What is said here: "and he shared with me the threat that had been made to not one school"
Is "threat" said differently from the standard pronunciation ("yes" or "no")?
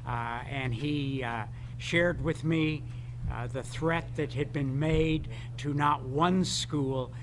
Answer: no